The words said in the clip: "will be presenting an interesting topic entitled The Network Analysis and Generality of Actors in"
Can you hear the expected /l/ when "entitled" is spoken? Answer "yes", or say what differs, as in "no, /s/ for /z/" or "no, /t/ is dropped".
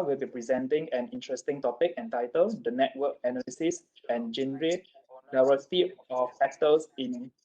yes